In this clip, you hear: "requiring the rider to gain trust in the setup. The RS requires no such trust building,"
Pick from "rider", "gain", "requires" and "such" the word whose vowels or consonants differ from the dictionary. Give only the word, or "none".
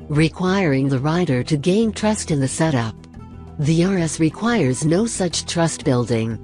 none